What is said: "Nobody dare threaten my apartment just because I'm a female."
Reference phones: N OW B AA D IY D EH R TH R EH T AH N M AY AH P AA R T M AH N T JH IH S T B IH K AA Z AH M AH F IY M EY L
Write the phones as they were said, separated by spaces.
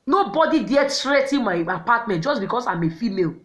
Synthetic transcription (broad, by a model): N OW B AA D IY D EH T R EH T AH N M AY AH P AA T M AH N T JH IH S B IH K AA S AH M AH F IY M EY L